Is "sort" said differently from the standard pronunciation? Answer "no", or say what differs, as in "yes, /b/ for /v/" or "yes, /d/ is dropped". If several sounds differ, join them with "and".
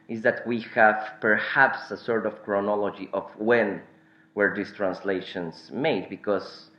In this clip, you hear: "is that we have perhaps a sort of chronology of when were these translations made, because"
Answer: no